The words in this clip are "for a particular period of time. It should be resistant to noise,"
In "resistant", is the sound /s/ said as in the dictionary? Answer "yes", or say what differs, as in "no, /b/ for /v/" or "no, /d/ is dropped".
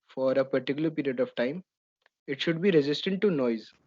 yes